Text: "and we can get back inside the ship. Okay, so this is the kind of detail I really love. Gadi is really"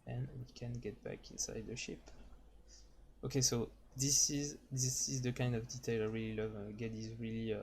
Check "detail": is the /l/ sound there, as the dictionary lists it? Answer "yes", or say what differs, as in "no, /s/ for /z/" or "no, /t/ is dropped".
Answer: yes